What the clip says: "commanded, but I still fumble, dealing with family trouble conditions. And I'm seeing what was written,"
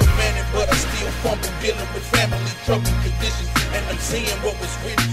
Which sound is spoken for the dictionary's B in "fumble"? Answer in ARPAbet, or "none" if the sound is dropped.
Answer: none